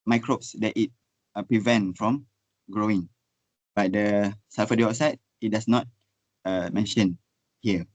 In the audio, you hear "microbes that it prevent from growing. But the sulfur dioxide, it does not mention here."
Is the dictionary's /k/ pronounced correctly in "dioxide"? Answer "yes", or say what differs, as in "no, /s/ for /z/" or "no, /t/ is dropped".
no, /k/ is dropped